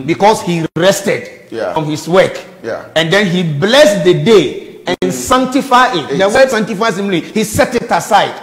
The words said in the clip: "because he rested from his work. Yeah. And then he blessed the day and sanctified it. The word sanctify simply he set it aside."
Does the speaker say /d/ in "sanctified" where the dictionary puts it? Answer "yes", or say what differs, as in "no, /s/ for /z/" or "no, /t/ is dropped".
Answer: no, /d/ is dropped